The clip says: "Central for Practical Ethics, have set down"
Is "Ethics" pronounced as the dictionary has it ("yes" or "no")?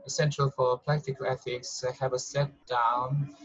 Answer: yes